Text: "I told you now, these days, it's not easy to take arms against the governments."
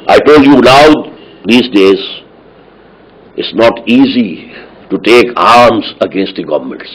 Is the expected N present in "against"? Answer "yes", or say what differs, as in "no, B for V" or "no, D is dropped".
yes